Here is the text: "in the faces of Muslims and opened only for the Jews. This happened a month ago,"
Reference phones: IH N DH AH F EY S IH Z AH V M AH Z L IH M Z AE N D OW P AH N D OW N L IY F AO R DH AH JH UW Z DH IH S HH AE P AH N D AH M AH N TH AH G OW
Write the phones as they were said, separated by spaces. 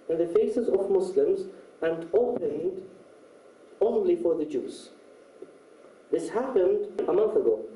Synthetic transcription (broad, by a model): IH N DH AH F EY S IH Z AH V M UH S L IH M Z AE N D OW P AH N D OW N L IY F AO R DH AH JH UW Z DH IH S HH AE P AH N D AH M AH N TH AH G OW